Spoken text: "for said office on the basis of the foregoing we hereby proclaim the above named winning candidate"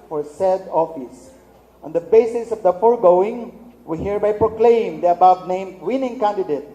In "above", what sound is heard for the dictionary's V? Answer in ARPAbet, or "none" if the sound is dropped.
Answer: B